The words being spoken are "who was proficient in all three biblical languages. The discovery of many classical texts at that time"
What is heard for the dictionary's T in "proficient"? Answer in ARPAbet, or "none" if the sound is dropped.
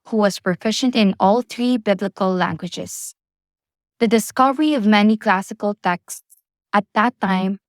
T